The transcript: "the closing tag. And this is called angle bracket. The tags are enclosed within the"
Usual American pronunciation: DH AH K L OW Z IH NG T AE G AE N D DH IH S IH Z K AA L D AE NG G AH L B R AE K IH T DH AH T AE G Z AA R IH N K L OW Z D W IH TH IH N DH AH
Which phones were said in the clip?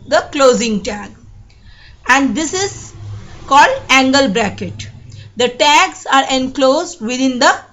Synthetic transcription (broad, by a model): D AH K L OW Z IH NG T AE G AE N D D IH S IH Z K AA L D AE NG G AH L B R AE K IH T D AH T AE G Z AA R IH N K L OW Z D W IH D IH N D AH